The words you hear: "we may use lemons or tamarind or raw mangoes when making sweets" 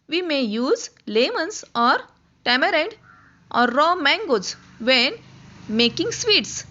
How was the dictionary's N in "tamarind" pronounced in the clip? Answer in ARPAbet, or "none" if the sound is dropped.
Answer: none